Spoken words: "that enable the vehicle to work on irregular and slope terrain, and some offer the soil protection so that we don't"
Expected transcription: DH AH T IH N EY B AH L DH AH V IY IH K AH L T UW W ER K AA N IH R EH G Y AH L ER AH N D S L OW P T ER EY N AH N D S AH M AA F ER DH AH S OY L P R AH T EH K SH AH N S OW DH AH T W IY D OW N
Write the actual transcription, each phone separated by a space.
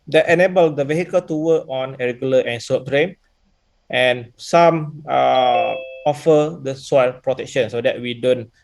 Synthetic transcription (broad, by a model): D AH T IH N EY B AH L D AH V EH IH K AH L T UW W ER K AA N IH R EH G Y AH L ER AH N S OW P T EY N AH N S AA M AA F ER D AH S OY L P R AH T EH K SH AH N S OW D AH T W IY D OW N